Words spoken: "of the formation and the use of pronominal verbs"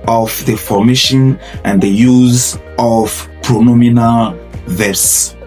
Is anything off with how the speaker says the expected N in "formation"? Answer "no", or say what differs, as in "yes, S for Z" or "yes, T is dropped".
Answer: no